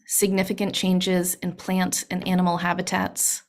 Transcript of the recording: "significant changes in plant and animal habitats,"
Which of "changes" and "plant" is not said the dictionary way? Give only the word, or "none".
none